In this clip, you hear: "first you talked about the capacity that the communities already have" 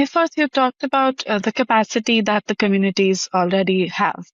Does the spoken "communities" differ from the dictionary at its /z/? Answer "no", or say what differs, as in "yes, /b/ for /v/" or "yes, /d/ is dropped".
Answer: no